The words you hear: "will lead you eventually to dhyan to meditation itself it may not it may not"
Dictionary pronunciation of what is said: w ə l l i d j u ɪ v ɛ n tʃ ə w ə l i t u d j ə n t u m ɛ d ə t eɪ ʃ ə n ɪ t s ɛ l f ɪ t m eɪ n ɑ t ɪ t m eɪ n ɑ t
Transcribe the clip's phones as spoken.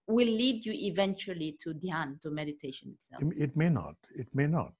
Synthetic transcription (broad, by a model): w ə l l i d j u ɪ v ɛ n tʃ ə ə l i t u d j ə n t u m ɛ d ə t eɪ ʃ ə n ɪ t s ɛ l ɪ t m eɪ n ɑ t ɪ t m eɪ n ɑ t